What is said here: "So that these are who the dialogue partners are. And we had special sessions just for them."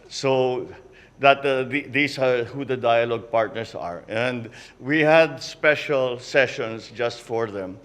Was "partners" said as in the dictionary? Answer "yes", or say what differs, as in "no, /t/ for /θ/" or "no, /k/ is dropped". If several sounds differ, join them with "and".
no, /s/ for /z/